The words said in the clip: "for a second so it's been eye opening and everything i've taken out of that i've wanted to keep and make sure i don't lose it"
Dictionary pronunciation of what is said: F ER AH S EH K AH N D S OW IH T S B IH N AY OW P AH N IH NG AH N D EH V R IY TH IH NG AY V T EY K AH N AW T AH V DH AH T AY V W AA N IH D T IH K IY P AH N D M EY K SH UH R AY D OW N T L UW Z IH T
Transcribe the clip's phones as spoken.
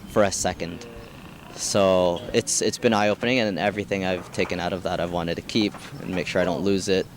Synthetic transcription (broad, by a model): F ER AH S EH K AH N D S OW IH T S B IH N AY OW P AH N IH NG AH N EH V R IY TH IH NG AY V T EY K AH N AW T AH V DH AH T AY V W AA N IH D T IH K IY P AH N M EY K SH UH R AY D OW N T L UW Z IH T